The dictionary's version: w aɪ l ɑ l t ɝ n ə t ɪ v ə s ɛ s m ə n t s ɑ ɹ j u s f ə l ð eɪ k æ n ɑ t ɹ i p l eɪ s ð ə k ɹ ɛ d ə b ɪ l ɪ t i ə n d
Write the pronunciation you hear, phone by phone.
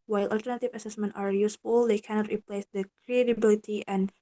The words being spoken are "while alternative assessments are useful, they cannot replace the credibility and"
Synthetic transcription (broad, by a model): w aɪ l ɑ l t ɝ n ə t ɪ v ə s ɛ s m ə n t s ɑ ɹ j u s f ə l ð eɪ k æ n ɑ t ɹ i p l eɪ s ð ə k ɹ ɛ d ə b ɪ l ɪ t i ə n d